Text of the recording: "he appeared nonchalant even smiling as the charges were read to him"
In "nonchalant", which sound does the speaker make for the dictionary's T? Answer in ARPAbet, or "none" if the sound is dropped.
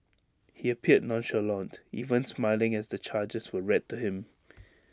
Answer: T